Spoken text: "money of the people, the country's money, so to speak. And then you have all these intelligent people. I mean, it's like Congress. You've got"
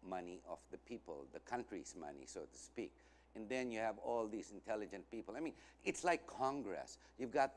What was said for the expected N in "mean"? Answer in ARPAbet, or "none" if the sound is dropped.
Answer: N